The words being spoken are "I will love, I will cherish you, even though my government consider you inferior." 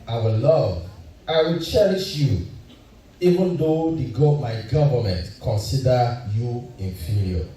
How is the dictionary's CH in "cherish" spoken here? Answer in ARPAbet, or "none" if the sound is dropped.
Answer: CH